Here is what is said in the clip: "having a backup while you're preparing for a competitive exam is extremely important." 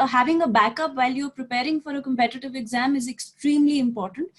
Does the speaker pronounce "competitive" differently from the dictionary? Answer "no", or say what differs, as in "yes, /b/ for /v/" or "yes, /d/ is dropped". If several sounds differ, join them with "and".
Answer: no